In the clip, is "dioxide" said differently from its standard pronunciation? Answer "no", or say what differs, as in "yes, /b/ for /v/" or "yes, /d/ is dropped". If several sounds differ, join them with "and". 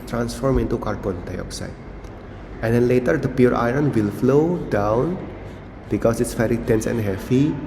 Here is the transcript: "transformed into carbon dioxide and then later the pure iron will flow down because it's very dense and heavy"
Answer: no